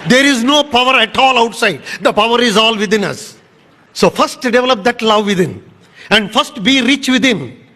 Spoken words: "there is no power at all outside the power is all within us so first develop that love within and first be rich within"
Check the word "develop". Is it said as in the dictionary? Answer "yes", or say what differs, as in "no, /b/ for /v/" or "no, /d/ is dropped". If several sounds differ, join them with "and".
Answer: yes